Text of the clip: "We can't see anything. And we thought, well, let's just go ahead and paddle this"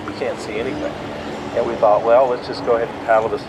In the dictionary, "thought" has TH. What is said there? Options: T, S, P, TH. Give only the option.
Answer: TH